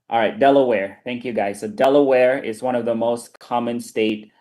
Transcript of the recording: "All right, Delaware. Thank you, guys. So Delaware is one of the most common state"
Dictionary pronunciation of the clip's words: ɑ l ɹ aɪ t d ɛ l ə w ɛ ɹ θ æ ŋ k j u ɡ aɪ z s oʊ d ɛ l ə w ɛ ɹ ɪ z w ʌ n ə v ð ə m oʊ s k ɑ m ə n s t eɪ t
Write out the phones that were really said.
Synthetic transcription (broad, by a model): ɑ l ɹ aɪ t d ɛ l ə w ɛ ɹ θ æ ŋ k j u ɡ aɪ z s oʊ d ɛ l ə w ɛ ɹ ɪ z w ʌ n ə v ð ə m oʊ s k ɑ m ə n s t eɪ t